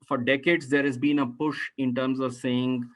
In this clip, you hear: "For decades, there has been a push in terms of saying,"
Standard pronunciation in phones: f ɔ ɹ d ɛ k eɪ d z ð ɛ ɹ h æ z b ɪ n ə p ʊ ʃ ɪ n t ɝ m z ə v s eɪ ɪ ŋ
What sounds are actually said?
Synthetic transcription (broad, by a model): f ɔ ɹ d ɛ k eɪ d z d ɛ ɹ h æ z b ɪ n ə p ʊ ʃ ɪ n t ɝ m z ə v s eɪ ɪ ŋ